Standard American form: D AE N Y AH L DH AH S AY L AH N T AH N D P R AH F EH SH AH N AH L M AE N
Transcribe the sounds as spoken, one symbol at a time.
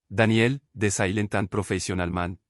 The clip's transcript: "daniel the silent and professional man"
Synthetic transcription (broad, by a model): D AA N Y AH L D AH S AY L AH N T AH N P R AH F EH S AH N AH L M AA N